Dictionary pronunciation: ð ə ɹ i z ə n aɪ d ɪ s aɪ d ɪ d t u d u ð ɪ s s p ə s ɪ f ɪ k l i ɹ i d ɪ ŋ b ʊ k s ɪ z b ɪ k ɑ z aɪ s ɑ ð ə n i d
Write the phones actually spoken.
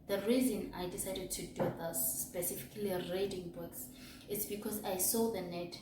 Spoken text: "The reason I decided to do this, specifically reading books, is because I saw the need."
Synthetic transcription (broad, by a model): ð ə ɹ i z ə n aɪ d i s aɪ d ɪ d t u d u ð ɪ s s p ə s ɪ f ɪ k l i ɹ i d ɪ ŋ b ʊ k s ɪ s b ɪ k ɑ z aɪ s ɑ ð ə n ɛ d